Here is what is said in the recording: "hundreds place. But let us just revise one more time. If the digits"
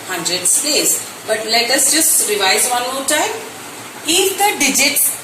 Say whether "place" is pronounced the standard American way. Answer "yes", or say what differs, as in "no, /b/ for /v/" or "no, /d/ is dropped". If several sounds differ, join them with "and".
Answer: no, /l/ is dropped